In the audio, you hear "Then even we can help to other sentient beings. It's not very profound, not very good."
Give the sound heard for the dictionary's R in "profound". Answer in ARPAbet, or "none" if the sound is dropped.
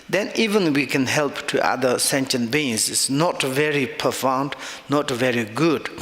none